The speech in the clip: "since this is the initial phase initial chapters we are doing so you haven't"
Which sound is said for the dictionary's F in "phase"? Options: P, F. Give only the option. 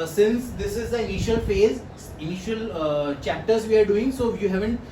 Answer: F